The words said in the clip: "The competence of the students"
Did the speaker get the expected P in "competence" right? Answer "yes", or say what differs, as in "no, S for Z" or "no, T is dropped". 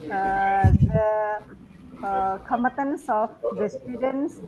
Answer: no, P is dropped